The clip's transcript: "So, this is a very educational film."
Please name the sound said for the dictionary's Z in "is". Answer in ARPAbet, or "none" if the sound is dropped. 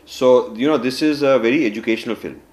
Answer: Z